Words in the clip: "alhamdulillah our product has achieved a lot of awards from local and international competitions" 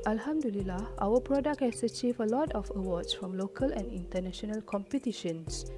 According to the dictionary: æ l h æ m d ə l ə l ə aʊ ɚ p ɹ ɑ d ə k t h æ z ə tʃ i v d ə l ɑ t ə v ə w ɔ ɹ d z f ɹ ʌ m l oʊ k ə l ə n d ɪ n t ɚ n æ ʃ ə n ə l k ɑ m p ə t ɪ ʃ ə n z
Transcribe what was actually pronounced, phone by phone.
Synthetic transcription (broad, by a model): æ l h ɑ m d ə l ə l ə aʊ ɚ p ɹ ɑ d ə k t h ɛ s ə tʃ i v ə l ɑ t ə f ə w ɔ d s f ɹ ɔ m l oʊ k ə l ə n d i n t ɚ n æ ʃ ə n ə l k ɑ m p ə t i ʃ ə n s